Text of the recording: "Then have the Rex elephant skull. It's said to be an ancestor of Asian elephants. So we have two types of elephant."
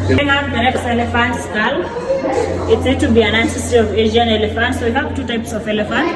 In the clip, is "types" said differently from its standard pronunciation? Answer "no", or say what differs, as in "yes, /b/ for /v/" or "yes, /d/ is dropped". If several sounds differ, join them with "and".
no